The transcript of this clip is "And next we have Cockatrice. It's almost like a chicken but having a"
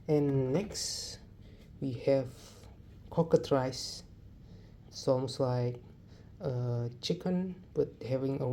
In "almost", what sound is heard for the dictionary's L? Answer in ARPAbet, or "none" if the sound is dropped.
none